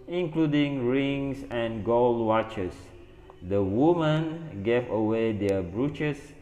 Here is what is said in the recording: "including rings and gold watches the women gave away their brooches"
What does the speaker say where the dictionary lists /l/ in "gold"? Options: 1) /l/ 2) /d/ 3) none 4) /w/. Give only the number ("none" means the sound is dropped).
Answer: 1